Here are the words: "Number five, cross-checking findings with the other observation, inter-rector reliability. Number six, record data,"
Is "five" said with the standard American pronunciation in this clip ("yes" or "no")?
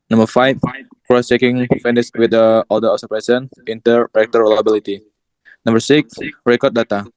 no